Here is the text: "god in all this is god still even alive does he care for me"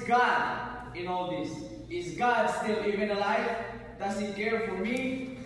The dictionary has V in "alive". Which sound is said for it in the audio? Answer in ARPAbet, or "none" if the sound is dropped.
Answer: F